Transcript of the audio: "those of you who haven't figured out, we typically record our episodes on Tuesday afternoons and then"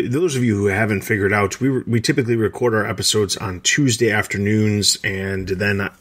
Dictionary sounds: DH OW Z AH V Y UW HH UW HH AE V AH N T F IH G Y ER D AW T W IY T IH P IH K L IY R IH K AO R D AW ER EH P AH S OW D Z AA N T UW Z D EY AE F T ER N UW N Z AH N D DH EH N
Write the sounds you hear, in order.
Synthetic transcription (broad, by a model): DH OW Z AH V Y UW HH UW HH AE V AH N T F IH G Y ER D AW T W IY T IH P IH K L IY R IH K AO R D AW ER EH P AH S OW D Z N T UW Z D EY AE F T ER N UW N Z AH N DH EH N